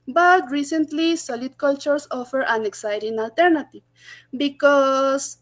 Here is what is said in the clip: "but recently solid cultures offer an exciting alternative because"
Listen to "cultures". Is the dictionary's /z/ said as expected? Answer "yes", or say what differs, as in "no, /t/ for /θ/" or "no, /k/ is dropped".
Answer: no, /s/ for /z/